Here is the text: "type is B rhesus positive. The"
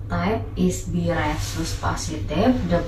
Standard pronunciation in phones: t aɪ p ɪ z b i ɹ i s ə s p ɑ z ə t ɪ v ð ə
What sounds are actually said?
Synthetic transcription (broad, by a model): t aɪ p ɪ s b i ɹ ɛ s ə s p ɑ s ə t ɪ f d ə